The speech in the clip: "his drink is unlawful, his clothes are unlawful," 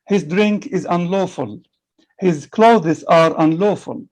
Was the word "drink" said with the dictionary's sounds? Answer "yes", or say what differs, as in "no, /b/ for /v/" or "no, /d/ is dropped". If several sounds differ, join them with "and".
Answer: yes